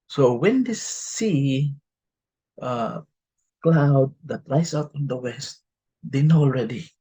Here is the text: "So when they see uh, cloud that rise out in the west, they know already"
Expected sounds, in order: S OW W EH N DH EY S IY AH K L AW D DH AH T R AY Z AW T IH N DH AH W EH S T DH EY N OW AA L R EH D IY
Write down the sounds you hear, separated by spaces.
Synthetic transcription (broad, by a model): S OW W EH N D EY S IY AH K L AW D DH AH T R AY S AW T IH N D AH W EH S T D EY N OW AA L R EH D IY